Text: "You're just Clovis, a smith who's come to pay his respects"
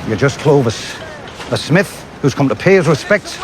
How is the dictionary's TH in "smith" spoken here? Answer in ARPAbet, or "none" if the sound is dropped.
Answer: TH